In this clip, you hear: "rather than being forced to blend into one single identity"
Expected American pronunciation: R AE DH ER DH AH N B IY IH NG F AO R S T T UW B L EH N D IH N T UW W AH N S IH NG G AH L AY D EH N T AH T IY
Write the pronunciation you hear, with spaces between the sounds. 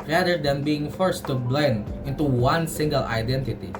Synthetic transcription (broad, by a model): R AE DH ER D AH N B IY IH NG F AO R S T T UW B L EH N D IH N T UW W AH N S IH NG G AH L AY D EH N T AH T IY